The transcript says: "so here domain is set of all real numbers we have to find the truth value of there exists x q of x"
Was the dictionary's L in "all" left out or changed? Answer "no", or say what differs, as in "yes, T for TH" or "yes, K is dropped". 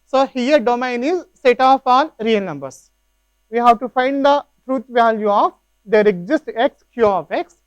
yes, N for L